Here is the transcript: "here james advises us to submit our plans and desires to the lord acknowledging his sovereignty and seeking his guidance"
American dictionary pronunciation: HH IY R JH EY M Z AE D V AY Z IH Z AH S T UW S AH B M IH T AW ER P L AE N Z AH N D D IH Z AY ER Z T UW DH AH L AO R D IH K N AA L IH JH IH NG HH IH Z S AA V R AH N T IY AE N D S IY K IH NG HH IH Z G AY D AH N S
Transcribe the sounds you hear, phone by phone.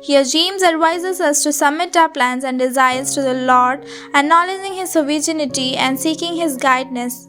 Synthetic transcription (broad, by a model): HH IY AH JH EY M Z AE D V AY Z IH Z AH S T UW S AH B M IH T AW P L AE N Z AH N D D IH Z AY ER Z T UW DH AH L AO R D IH N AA L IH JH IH NG HH IH Z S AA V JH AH N T IY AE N D S IY K IH NG HH IH Z G AY D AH S